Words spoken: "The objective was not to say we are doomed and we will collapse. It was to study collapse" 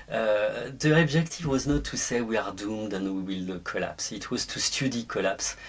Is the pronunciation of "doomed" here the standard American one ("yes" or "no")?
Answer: yes